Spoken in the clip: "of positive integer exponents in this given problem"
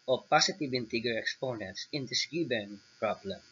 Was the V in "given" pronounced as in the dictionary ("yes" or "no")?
no